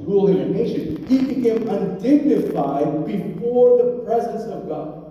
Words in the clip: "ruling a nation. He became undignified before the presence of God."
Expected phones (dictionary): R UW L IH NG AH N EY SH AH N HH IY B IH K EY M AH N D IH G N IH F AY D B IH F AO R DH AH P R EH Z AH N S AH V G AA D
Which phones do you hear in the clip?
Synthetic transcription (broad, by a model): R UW L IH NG AH N EY SH AH N HH IY B IH K EY M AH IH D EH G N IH F AY D B IH F AO R DH AH P R EH Z AH N S AH V G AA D